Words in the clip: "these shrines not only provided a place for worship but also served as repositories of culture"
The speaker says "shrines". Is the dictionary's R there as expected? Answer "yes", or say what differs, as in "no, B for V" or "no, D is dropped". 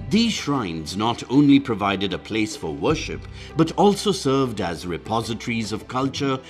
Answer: yes